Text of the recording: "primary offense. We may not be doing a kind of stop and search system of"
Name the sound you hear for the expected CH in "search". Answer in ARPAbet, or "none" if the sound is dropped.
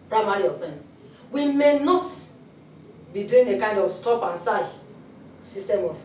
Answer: SH